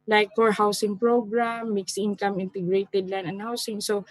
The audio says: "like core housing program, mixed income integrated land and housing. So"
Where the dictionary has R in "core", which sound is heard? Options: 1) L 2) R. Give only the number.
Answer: 2